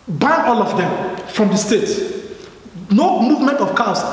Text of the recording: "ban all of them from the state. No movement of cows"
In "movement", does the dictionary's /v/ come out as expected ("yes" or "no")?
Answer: yes